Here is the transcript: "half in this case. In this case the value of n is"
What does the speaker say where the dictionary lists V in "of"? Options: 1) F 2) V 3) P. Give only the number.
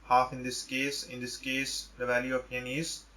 3